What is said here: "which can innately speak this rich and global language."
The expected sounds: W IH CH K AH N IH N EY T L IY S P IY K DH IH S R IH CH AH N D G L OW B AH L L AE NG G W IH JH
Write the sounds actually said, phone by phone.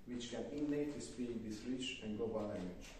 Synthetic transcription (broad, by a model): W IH CH K AH N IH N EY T IY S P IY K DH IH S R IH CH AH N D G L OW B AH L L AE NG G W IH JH